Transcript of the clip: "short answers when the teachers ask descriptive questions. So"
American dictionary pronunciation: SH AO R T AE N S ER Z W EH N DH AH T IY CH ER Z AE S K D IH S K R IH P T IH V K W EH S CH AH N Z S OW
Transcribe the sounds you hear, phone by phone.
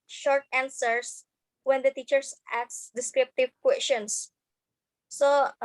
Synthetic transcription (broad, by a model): SH AO R T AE N S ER S W EH N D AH T IY CH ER S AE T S D IH S K R IH P T IH V K W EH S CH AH N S S OW